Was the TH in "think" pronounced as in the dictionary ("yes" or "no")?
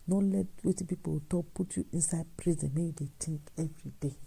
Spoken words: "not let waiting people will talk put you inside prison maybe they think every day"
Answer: no